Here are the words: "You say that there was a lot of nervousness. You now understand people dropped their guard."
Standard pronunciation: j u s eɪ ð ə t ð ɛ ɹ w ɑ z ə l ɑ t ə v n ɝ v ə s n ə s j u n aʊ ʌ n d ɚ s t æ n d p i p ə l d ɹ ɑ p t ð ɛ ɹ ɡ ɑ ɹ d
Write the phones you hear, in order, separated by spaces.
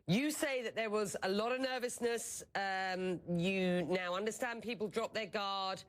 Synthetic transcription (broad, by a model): j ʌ s eɪ ð ə t ð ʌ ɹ w ɑ z ə l ɑ t ə v n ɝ v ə s n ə s j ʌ n aʊ ʌ n d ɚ s t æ n p i p ə l d ɹ ɑ p ð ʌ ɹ ɡ ɑ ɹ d